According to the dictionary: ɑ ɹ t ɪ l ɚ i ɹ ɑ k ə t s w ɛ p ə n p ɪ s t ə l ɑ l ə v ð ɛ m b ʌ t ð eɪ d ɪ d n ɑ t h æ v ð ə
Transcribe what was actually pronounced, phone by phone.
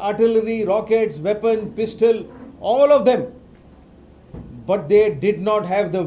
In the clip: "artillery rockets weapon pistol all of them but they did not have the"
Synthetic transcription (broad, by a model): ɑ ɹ t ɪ l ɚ i ɹ ɑ k ə t s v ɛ p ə n p ɪ s t ə l ɑ l ə v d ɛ m b ʌ t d eɪ d ɪ d n ɑ t h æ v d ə